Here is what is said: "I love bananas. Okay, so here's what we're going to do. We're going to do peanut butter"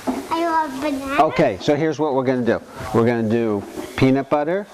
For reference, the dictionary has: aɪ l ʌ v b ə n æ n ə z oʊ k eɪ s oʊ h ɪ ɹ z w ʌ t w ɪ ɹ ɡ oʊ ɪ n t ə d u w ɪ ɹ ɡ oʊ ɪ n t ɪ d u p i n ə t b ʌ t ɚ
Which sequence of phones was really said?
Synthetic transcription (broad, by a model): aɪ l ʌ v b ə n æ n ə oʊ k eɪ s oʊ h ɪ ɹ z w ʌ t w ɪ ɹ ɡ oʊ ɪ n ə d u w ɪ ɹ ɡ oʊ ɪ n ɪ d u p i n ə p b ʌ t ɚ